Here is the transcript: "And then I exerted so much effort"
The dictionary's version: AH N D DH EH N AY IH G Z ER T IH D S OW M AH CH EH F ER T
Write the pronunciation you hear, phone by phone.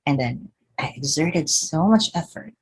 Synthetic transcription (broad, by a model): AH N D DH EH N AY IH G Z ER T IH D S OW M AH CH EH F ER T